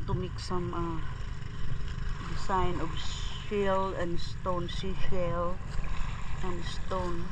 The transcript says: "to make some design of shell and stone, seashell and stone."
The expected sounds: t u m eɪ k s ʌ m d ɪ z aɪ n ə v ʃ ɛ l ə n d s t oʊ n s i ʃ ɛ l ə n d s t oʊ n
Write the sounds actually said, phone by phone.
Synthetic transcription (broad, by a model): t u m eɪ k s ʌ m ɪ s aɪ n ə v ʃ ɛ l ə n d s t oʊ n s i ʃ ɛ l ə n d s t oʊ n